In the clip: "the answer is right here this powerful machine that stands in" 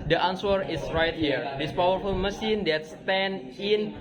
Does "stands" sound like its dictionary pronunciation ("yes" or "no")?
no